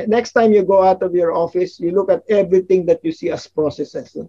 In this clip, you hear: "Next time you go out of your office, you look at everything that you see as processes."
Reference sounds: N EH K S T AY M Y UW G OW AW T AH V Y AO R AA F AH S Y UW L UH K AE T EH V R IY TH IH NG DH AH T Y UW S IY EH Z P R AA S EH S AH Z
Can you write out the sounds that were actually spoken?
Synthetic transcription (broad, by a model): N EH K S T AY M Y UW G OW AW T AH V Y AO R AA F AH S Y UW L UH K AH T EH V R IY T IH NG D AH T Y UW S IY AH S P R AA S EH S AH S